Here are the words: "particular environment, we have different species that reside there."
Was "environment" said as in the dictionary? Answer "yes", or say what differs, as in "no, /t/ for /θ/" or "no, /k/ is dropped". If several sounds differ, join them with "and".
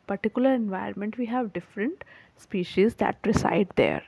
no, /ɹ/ is dropped